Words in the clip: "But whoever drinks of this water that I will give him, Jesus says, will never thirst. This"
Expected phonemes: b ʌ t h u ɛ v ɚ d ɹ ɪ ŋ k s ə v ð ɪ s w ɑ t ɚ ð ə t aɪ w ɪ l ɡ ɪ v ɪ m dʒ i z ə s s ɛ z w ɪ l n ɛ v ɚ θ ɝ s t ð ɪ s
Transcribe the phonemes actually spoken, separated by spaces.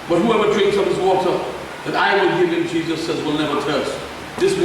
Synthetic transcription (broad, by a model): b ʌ t h u ɛ v ɚ d ɹ ɪ ŋ k s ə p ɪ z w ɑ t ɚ ð ə t aɪ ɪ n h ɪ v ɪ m dʒ i z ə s s ɛ z w ɪ l n ɛ v ɚ t ɝ s t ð ɪ s